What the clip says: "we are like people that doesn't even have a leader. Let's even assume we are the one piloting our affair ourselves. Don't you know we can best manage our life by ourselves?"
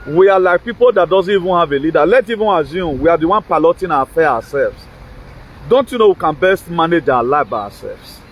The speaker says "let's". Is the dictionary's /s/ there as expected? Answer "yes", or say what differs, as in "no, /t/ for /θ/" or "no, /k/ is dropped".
no, /s/ is dropped